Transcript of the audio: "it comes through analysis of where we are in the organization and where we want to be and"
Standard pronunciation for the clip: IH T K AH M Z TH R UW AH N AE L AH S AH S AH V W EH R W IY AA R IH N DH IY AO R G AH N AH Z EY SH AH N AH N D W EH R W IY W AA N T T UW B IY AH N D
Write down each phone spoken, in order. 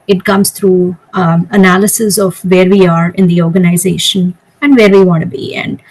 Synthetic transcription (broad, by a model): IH T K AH M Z T R UW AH N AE L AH S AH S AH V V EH R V IY AA R IH N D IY AO R G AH N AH Z EY SH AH N AH N D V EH R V IY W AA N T T UW B IY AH N D